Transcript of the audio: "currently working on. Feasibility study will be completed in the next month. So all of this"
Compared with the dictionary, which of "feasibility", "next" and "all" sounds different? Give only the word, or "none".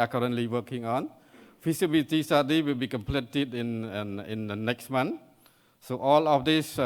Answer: feasibility